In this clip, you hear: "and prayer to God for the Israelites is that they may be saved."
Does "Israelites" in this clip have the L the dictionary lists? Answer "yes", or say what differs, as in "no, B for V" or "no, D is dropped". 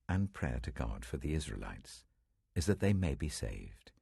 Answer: yes